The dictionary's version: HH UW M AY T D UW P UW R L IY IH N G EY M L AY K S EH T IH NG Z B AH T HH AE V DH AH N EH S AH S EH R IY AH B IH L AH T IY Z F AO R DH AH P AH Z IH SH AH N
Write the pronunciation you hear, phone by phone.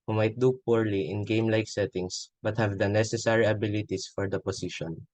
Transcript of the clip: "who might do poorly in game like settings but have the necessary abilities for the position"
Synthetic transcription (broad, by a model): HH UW M AY T D UW P UW R L IY IH N G EY M L AY K S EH T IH NG S B AH T HH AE V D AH N EH S AH S EH R IY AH B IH L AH T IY S F AO R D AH P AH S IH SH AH N